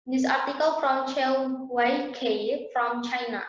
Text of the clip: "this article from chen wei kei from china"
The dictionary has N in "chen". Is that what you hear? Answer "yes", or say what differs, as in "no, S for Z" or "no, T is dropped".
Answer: no, L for N